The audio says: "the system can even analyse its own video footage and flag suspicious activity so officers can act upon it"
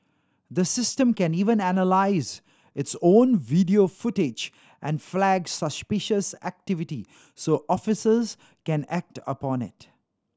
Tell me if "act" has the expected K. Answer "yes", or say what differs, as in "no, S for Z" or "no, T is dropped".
yes